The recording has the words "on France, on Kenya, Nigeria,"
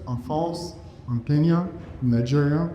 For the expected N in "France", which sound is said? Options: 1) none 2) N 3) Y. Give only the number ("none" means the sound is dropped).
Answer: 1